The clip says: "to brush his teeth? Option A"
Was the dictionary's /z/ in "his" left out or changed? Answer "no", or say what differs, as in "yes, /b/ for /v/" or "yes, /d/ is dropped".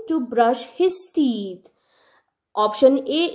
yes, /s/ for /z/